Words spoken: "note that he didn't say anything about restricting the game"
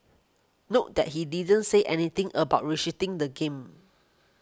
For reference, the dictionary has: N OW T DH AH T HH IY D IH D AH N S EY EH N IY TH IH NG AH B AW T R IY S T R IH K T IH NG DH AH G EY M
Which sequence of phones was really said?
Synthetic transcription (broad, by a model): N OW T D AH T HH IY D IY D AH N S EY EH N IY T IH NG AH B AW T R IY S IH T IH NG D AH G EY M